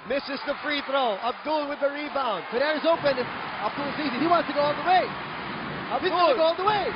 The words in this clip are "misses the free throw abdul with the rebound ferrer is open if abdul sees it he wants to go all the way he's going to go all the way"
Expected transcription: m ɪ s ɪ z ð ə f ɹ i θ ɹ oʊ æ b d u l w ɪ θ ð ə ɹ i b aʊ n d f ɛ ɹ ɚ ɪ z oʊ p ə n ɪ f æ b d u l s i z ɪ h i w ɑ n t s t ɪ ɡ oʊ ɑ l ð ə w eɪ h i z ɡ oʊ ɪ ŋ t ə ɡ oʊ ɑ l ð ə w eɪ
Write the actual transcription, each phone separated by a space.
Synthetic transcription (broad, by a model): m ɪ s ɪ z ð ə f ɹ i θ ɹ oʊ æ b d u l w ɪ ð ə ɹ i b aʊ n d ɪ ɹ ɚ ɪ z oʊ p ə n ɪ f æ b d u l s i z ɪ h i w ɑ n t s t ɪ ɡ oʊ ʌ n ð ə w eɪ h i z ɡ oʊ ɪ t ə ɡ oʊ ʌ n ð ə w eɪ